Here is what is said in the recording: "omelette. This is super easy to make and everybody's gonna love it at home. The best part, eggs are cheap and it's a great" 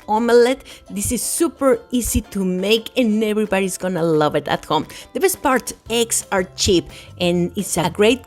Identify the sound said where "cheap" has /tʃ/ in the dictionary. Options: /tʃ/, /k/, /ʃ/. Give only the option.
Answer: /tʃ/